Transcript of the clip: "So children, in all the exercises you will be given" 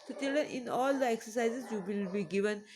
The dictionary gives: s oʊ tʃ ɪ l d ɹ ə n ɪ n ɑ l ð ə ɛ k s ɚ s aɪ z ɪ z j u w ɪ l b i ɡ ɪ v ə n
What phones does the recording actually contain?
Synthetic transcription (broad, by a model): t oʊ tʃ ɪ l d ə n ɪ n ɑ l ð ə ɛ k s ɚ s aɪ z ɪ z j u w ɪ l b i ɡ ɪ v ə n